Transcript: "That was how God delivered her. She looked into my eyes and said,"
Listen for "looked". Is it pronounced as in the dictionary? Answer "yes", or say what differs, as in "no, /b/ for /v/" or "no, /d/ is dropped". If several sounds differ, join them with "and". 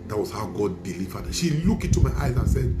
no, /t/ is dropped